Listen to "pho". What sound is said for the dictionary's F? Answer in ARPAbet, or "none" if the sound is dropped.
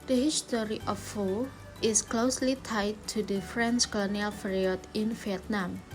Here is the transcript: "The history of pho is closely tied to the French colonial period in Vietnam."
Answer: F